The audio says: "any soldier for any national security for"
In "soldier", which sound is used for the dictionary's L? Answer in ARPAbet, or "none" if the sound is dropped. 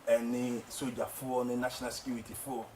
none